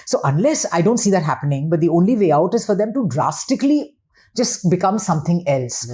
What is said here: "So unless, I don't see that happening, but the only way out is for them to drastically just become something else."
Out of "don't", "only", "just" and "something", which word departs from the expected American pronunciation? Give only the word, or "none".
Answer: something